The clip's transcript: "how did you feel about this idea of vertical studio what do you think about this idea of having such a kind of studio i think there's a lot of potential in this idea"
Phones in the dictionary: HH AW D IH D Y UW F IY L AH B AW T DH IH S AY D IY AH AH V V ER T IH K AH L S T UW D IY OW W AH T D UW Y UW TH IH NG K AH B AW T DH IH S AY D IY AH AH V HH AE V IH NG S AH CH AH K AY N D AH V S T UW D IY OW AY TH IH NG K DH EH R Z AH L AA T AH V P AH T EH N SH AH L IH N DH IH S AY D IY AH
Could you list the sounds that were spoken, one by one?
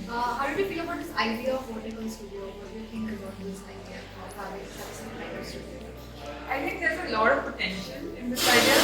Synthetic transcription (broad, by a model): HH AW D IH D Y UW F IY L AH B AW T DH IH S AY D IY AH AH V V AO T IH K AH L S T UW D IY OW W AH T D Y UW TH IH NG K AH B AW T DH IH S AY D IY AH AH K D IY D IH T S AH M AH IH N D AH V S T UW D IY OW AY T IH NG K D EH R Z AH L AA T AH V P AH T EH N SH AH N IH N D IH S AY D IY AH